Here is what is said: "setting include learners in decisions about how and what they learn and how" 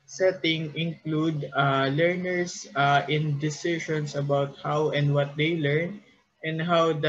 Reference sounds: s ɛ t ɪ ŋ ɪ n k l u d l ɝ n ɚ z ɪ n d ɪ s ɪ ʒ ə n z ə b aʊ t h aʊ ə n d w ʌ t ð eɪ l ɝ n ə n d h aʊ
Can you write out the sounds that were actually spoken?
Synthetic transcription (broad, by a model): s ɛ t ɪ ŋ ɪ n k l u d l ɝ n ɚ s ɪ n d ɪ s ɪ ʃ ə n s ə b aʊ t h aʊ ə n d w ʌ t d eɪ l ɝ n ə n d h aʊ